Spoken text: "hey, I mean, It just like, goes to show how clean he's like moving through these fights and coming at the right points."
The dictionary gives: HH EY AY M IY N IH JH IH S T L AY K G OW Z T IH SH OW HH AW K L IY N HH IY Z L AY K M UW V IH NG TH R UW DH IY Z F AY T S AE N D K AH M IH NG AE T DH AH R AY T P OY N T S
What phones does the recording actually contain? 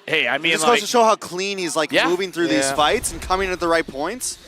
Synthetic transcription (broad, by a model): HH EY AY M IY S IH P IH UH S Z T IH SH OW HH AW K L IY N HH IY Z L AY K M UW V IH NG TH R UW DH IY Z F AY T S N K AH M IH NG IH T DH AH R AY T P OY N T S